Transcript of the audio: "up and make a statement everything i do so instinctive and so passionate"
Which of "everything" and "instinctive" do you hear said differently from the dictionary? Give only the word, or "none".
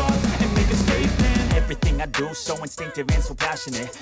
none